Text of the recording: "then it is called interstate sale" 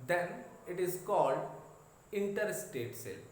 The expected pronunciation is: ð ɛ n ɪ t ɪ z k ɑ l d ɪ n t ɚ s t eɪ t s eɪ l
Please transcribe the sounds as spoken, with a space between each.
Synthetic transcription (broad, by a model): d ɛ n ɪ t ɪ z k ɑ l d ɪ n t ɚ s t eɪ t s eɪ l